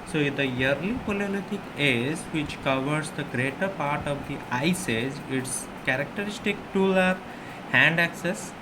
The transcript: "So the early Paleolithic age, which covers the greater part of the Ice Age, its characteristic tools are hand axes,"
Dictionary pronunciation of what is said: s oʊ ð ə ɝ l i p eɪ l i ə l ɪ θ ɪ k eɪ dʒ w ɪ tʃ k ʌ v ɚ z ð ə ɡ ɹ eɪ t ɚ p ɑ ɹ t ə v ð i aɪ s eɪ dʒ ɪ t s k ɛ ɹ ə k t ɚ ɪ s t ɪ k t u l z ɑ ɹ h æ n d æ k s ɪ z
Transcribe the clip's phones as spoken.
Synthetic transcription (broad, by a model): s oʊ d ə ɝ l i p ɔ l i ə l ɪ t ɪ k eɪ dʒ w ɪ tʃ k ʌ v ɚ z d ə ɡ ɹ eɪ t ɚ p ɑ ɹ t ə v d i aɪ s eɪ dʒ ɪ t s k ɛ ɹ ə k t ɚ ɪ s t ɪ k t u l ɑ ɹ h æ n d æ k s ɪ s